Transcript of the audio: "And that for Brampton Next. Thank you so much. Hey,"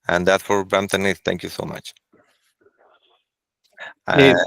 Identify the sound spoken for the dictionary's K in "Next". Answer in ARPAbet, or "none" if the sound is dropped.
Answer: none